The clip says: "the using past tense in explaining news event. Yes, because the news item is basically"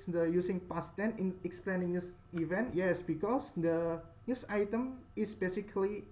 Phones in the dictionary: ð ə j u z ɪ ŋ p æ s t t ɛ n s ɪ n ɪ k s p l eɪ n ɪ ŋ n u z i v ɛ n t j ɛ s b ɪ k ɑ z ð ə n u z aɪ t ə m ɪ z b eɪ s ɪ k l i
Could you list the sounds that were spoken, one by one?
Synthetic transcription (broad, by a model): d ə j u s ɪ ŋ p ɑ s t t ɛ n ɪ n ɪ k s p l eɪ n ɪ ŋ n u s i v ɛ n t j ɛ s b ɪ k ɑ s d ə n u s aɪ t ə m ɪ s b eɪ s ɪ k l i